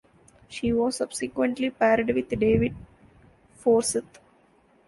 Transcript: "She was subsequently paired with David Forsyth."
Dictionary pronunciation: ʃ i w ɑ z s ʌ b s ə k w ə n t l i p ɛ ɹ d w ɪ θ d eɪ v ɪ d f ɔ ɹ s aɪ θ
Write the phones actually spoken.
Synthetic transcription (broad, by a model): ʃ i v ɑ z s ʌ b s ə k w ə n t l i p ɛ ɹ d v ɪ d d eɪ v ɪ d f ɔ ɹ s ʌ t